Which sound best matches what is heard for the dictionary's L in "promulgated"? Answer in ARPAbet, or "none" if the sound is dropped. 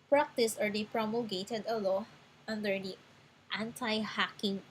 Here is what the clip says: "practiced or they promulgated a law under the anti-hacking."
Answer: none